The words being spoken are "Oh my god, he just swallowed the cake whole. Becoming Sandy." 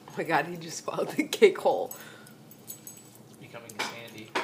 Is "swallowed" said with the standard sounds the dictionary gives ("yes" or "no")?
no